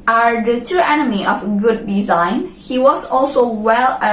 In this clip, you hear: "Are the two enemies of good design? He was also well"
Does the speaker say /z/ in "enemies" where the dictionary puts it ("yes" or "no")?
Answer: no